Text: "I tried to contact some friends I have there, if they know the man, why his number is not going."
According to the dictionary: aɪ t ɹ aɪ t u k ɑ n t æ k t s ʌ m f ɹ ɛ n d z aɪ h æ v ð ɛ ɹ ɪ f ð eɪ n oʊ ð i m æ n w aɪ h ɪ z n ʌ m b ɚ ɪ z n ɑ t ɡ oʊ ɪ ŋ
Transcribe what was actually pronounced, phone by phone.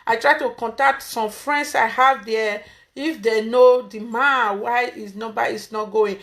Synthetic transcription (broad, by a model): aɪ t ɹ aɪ t u k ɑ n t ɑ k t s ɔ m f ɹ ɛ n d s aɪ h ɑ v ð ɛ ɪ f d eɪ n oʊ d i m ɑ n w aɪ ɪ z n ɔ b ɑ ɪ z n ɑ t ɡ oʊ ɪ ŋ